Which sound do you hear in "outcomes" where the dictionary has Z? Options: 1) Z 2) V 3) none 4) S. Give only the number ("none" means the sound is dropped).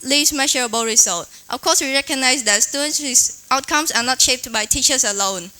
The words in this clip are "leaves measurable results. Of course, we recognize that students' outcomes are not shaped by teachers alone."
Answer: 4